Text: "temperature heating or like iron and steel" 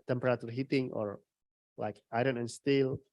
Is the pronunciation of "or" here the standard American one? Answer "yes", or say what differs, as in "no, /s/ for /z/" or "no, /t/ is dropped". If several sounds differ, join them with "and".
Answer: yes